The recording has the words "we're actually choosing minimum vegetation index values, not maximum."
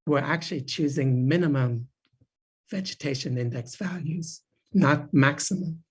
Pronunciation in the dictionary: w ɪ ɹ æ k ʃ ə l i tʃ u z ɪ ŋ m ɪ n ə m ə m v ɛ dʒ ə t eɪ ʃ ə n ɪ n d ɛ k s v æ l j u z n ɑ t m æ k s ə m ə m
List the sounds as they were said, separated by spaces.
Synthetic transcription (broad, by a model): w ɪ ɹ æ k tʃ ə l i tʃ u z ɪ ŋ m ɪ n ə m ə m v ɛ dʒ ə t eɪ ʃ ə n ɪ n d ɛ k s v æ l j u z n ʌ t m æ k s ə m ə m